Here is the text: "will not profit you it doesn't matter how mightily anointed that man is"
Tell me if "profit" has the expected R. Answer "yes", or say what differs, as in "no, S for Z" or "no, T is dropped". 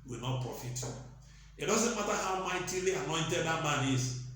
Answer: yes